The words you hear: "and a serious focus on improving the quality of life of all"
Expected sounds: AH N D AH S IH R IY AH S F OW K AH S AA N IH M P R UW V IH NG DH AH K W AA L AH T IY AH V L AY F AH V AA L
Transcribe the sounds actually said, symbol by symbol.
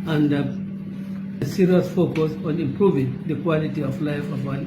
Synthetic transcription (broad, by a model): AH N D AH S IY R IY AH S F OW K AH S AA N IH M P R UW V IH NG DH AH K W AA L AH T IY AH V L AY F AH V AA